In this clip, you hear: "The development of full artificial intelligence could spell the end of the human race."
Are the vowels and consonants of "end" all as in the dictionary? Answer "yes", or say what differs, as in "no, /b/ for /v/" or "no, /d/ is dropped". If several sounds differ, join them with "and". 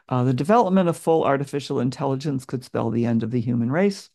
yes